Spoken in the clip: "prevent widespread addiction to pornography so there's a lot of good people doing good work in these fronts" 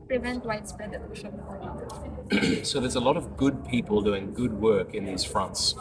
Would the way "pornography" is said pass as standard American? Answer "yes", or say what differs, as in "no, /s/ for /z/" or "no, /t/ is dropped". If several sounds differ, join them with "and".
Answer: no, /f/ is dropped